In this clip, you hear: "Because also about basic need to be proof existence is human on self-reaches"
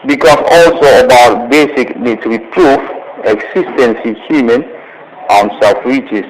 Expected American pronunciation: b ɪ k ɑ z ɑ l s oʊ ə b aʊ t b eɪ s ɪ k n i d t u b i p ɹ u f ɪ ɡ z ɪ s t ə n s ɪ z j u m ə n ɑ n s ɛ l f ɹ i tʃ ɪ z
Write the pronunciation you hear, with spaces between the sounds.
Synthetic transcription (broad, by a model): b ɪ k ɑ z ɑ l s oʊ ə b aʊ t b eɪ s ɪ k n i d t u b i p ɹ u f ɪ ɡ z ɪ s t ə n s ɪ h j u m ə n ɑ n s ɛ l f ɹ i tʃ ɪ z